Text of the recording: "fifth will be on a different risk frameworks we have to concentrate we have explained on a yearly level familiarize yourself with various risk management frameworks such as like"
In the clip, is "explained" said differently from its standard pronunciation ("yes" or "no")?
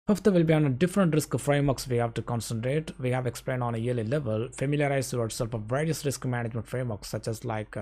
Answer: no